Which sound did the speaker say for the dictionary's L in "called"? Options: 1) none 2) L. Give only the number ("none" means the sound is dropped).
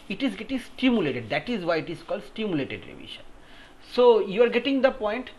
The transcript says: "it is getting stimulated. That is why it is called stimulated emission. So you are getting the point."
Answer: 2